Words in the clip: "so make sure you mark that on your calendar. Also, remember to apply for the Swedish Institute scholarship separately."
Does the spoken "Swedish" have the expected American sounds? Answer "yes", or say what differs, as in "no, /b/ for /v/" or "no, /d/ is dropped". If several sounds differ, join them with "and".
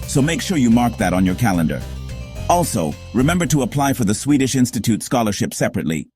yes